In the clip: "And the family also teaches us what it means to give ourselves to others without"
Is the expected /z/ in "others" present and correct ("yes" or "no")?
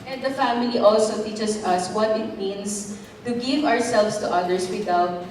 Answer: no